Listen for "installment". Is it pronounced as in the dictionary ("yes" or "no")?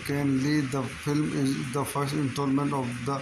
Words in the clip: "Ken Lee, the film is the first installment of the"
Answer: no